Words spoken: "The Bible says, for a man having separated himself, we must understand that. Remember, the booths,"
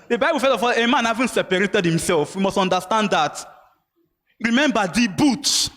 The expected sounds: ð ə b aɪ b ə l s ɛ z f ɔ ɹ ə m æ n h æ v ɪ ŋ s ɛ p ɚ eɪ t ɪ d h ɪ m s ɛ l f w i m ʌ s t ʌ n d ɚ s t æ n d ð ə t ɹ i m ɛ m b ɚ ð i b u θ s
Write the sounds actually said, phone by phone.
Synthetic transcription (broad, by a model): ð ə b aɪ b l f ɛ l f ɔ l ə m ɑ n h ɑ v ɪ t s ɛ p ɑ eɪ t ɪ d h ɪ m s ɛ l f w i m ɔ s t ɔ n d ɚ s t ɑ n d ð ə t ɹ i m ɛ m b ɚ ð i b u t